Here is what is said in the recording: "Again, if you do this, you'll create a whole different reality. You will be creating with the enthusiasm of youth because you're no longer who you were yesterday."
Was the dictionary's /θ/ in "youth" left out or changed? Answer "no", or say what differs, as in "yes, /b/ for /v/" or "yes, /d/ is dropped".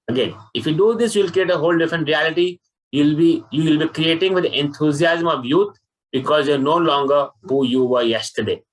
yes, /t/ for /θ/